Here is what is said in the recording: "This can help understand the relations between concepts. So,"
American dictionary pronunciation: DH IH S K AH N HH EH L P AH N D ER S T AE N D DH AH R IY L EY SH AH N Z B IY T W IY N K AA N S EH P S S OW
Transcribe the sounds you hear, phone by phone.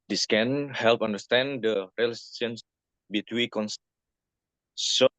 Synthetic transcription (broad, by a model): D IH S K AH N HH EH L P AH N D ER S T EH N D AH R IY L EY S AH N S B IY T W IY K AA N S S S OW